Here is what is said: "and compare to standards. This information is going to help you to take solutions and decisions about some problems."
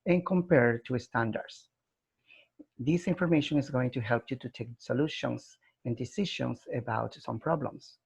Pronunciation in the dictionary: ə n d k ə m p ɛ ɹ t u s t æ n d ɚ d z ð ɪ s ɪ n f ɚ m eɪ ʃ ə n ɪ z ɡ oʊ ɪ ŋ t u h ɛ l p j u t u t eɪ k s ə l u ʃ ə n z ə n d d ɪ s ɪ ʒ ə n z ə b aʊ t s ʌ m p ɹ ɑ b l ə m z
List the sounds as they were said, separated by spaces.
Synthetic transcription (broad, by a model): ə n k ə m p ɛ ɹ t u s t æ n d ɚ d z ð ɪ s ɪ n f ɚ m eɪ ʃ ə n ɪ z ɡ oʊ ɪ ŋ t u h ɛ l p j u t u t eɪ k s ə l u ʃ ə n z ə n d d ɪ s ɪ ʃ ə n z ə b aʊ t s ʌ m p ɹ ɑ b l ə m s